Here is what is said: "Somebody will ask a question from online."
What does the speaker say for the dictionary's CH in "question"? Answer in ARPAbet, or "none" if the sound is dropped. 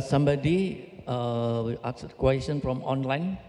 S